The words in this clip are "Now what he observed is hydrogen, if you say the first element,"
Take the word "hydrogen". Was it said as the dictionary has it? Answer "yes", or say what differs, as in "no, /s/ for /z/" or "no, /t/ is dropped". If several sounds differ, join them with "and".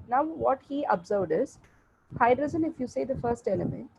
no, /z/ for /dʒ/